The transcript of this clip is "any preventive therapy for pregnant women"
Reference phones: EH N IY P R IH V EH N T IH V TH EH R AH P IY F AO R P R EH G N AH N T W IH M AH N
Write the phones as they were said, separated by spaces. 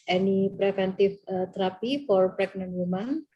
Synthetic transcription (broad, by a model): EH N IY P R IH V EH N T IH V T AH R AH P IY F AO R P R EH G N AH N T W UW M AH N